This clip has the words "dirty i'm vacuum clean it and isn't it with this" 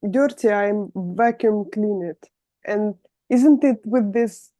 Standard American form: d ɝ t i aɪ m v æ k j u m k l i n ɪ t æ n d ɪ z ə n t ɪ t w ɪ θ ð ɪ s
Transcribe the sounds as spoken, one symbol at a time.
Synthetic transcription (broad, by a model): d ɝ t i aɪ m v æ k j u m k l i n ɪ t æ n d ɪ z ə n t ɪ t w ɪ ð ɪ s